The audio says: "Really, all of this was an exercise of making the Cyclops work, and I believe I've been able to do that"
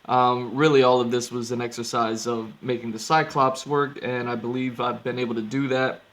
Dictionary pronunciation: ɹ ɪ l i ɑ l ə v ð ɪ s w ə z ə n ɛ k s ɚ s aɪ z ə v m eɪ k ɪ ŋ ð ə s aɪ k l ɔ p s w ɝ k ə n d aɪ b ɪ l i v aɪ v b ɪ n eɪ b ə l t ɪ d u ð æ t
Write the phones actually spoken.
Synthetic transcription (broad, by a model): ɹ ɪ l i ɑ l ə v ð ɪ s w ə z ə n ɛ k s ɚ s aɪ z ə v m eɪ k ɪ ŋ ð ə s aɪ k l ɔ p s w ɝ k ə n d aɪ b ɪ l i v aɪ v b ɪ n eɪ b l t ɪ d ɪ ð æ t